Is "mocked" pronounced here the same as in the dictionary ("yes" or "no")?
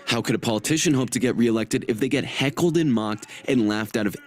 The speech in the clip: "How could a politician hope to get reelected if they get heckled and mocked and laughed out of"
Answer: yes